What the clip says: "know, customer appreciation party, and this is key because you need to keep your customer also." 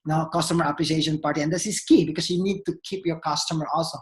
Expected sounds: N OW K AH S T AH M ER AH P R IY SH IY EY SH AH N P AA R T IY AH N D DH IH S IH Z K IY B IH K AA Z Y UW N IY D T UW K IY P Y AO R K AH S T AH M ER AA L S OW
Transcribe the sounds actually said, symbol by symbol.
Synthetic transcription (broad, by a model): N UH K AH S T AH M ER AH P L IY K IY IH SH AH N P AA R T IY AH N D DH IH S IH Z K IY B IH K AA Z Y UW N IY D T UW K IY P Y AO R K AH S T AH M ER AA L S OW